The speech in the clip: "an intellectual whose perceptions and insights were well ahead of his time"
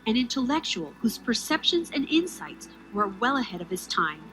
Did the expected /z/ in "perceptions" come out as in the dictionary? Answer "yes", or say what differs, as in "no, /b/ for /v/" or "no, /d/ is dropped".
yes